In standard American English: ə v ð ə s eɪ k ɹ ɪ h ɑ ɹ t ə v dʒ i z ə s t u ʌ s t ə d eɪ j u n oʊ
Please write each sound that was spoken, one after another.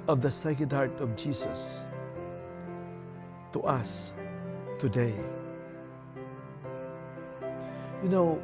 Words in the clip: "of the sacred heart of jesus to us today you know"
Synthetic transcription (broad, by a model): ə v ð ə s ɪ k ɪ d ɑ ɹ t ə v dʒ i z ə s t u ʌ s t ə d eɪ j u n oʊ